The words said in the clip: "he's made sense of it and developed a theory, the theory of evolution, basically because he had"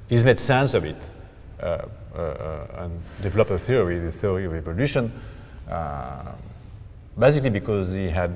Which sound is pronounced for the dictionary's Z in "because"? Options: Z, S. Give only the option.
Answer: Z